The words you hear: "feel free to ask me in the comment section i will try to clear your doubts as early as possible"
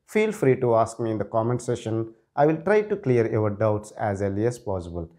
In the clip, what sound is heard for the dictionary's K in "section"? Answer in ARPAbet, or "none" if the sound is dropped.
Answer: none